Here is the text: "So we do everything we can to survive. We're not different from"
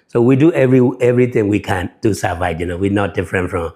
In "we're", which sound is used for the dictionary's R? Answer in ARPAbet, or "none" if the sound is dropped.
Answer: W